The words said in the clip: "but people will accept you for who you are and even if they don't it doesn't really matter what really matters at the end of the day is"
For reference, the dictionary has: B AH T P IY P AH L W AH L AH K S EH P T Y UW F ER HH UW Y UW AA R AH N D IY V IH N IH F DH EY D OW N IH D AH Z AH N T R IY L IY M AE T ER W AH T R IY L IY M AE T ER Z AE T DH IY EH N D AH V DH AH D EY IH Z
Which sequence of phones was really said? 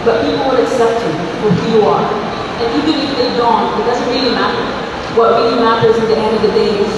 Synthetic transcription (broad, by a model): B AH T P IY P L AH N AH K S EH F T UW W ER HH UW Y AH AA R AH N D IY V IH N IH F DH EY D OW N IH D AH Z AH N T R IY L IY M AE T ER W AH T R IY L IY M AE T ER Z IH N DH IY EH N D AH V DH AH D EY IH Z